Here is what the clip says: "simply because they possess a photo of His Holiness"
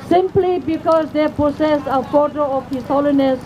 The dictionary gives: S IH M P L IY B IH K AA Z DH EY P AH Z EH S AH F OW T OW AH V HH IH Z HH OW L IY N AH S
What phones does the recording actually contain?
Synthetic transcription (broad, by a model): S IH M P L IY B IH K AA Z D EY P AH S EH S AH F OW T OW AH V HH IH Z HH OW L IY N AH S